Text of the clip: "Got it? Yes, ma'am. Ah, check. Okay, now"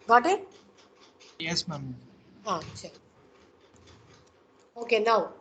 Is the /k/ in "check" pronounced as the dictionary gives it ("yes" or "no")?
no